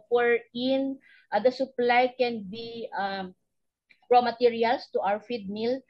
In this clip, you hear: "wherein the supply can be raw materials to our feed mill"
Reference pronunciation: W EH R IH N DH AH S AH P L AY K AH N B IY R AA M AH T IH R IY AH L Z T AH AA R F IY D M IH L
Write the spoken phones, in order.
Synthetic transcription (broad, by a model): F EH R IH N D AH S AH P L AY K AH N B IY R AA M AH T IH R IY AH L S T AH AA W F IY D M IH L